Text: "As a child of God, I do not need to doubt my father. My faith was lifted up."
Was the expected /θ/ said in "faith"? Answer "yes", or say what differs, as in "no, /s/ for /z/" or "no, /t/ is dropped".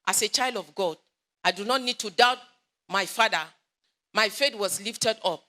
no, /t/ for /θ/